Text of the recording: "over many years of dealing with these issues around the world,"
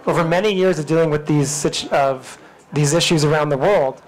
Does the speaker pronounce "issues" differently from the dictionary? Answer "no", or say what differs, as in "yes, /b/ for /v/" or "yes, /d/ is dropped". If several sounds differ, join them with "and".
no